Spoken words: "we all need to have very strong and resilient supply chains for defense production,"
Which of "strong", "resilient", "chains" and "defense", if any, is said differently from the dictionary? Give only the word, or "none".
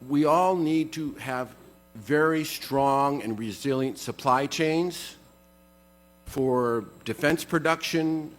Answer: none